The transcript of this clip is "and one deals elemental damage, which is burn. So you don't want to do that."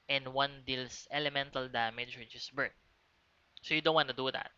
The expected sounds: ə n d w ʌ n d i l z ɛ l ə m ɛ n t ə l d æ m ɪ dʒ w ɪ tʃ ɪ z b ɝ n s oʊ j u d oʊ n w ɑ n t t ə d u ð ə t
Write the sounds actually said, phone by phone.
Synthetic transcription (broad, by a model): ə n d w ʌ n d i l s ɛ l ə m ɛ n t ə l d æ m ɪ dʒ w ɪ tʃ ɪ s b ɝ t s oʊ j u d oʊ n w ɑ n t t ə d u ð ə t